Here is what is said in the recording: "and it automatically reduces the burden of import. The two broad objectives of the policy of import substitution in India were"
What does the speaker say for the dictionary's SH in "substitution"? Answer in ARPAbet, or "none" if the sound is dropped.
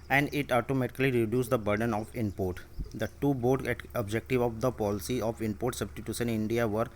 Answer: S